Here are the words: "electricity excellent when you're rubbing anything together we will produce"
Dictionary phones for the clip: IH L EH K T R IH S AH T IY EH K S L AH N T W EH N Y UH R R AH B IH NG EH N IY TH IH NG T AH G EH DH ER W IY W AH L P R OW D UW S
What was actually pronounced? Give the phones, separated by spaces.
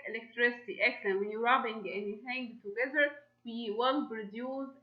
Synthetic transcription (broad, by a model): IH L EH K T R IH S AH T IY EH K L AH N W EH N Y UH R R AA B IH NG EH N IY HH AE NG T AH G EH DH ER W IY W AH L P R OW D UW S